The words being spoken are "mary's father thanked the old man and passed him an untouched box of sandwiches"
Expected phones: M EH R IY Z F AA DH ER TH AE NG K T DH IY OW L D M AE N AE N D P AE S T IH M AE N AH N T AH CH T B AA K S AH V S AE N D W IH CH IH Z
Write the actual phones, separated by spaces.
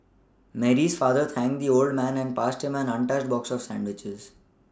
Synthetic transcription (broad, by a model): M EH R IY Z F AA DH ER T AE NG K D IY OW L D M AE N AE N D P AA S T IH M AE N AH N T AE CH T B AA K S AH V S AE N D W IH CH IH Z